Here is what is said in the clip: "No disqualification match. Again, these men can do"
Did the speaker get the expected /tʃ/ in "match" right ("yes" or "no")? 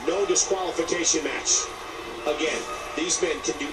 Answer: yes